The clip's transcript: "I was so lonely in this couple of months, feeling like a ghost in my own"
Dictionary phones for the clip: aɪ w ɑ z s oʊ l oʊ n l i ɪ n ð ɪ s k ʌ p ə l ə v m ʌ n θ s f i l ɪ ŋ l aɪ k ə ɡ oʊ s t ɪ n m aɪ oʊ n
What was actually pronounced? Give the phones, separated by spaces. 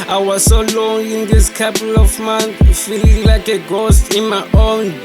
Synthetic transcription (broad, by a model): aɪ w ɑ z s oʊ l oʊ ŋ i n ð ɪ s k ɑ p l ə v m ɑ n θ f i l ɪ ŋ l aɪ k ə ɡ oʊ s t ɪ n m aɪ oʊ n